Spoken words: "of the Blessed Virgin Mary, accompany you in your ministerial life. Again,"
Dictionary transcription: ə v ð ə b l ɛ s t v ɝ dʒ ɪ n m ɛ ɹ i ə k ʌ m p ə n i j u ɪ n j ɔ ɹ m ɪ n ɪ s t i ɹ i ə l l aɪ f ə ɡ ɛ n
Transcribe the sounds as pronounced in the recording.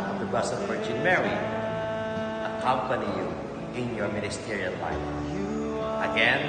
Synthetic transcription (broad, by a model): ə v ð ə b ʌ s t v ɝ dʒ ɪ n m ɛ ɹ i ə k ʌ m p ə n i j u ɪ n j ɔ ɹ m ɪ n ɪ s t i ɹ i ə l l aɪ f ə ɡ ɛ n